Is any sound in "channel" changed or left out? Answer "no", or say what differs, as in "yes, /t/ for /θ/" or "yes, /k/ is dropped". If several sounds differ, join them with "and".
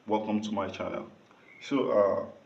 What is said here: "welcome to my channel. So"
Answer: yes, /n/ is dropped